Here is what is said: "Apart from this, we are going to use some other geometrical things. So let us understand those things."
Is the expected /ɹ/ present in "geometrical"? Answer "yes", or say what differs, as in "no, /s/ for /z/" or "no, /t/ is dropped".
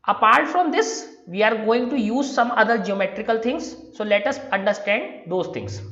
yes